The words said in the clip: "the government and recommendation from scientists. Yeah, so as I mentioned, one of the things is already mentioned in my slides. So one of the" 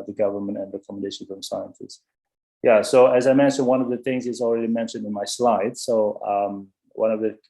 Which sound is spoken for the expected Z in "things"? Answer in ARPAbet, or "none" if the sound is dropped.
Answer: Z